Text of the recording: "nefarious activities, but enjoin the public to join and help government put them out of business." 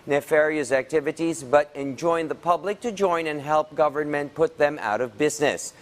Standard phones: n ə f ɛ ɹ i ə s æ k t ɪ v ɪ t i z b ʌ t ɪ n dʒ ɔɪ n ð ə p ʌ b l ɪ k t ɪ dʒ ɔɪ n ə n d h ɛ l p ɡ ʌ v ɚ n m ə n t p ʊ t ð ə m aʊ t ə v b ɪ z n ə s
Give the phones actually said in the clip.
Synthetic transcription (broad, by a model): n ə f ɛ ɹ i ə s æ k t ɪ v ɪ t i z b ʌ t ɪ n dʒ ɔɪ n ð ə p ʌ b l ɪ k t ɪ dʒ ɔɪ n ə n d h ɛ l p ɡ ʌ v ɚ n m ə n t p ʊ t ð ə m aʊ t ə v b ɪ z n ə s